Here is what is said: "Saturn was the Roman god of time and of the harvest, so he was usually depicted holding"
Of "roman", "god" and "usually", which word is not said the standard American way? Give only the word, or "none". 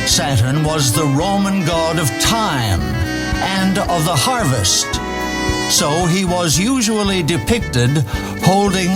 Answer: none